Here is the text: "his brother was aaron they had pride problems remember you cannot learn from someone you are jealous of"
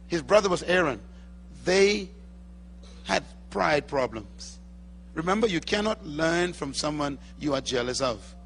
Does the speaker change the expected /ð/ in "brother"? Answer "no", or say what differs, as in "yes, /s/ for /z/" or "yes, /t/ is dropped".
no